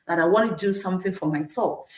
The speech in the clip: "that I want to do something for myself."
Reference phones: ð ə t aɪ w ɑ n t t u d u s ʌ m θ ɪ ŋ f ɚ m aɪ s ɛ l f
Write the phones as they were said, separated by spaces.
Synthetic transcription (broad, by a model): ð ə t aɪ w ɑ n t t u d u s ʌ m θ ɪ ŋ f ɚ m aɪ s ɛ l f